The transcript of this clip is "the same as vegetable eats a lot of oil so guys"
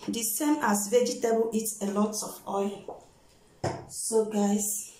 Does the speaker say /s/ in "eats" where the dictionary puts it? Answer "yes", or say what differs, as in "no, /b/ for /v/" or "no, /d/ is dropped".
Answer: no, /s/ is dropped